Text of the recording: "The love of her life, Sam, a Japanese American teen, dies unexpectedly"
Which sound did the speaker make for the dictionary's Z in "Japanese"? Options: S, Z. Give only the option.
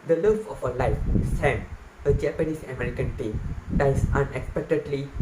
S